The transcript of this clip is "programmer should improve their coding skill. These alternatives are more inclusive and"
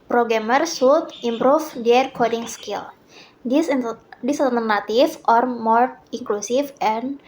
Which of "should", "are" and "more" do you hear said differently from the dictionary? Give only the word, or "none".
should